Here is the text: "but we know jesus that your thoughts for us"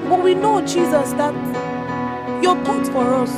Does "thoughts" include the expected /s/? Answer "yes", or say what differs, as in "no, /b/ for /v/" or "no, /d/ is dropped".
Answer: no, /s/ is dropped